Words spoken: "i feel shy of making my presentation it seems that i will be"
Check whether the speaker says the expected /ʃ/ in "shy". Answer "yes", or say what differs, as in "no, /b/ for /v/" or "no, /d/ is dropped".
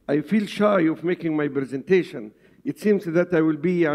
yes